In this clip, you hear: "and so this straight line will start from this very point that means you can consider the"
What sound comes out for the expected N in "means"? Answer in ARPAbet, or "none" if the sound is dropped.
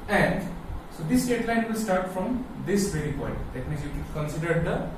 none